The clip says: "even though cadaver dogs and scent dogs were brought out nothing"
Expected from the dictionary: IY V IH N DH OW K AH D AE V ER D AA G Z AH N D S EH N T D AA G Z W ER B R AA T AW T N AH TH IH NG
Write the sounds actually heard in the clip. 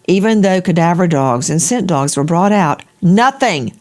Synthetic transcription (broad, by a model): IY V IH N DH OW K AH D AE V ER D AA G Z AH N S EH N D AA G Z W ER B R AA T AW T N AH TH IH NG